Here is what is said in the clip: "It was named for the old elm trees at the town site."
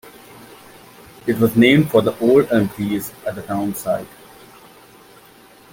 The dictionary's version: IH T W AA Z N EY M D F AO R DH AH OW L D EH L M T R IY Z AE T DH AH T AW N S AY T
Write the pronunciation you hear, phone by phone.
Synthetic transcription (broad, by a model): IH T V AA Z N EY M D F AO R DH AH OW L D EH M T IY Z AE T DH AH T AW N S AY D